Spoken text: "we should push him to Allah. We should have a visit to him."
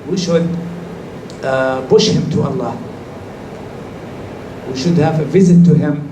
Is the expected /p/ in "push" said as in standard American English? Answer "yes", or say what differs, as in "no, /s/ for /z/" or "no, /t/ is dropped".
no, /b/ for /p/